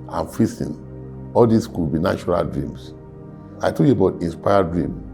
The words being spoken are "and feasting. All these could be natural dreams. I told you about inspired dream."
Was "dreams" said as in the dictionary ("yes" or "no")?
no